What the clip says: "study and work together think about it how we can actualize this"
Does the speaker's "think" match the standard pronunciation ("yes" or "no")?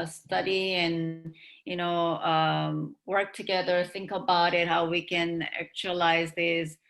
yes